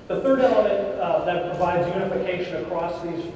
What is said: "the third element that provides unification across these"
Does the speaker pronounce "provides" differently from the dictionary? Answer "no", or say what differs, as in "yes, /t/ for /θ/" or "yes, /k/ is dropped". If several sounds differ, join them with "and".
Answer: no